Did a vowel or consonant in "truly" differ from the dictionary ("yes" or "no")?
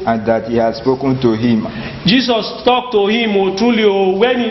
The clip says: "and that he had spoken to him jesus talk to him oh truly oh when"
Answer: no